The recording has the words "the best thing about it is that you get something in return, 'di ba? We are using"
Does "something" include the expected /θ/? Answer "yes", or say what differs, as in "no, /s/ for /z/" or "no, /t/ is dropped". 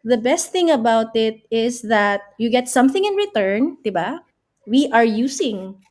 yes